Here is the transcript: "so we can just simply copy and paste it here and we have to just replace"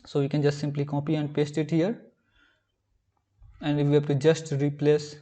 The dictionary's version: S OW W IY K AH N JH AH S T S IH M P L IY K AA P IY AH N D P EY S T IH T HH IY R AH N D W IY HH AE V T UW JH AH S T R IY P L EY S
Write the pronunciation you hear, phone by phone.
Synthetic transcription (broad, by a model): S OW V IY K AH N JH AH S T S IH M P L IY K AA P IY AH N D P EY S T IH T HH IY R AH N D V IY HH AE B T UW JH AH S T R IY P L EY S